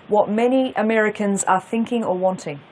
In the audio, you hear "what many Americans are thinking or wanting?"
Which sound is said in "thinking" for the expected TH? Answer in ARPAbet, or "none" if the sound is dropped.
TH